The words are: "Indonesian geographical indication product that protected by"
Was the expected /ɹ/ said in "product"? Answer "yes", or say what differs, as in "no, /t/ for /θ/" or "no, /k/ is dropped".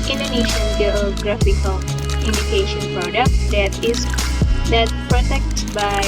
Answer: yes